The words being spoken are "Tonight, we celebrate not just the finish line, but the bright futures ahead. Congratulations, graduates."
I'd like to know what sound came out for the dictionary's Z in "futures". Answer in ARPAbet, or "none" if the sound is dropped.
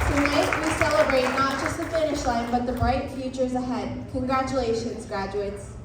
Z